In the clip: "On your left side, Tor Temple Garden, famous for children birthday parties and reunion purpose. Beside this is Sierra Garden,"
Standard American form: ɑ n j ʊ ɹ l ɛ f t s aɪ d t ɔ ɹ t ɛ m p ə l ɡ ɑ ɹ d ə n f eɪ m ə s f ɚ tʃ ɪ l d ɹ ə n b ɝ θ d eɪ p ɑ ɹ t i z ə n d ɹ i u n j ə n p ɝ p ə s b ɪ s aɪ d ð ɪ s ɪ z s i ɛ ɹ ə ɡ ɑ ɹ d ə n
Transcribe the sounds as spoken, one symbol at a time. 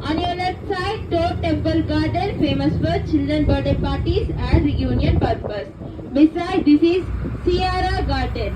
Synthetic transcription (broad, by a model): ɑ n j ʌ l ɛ t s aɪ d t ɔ t ɛ m p ə l ɡ ɑ ɹ d ə n f eɪ m ə s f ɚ tʃ ɪ l d ɹ ə n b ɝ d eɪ p ɑ ɹ t i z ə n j u n j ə n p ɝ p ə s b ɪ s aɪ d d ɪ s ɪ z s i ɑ ɹ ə ɡ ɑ ɹ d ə n